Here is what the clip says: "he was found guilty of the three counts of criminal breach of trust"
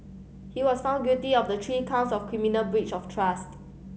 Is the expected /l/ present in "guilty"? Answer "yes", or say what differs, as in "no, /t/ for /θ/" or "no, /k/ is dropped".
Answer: no, /l/ is dropped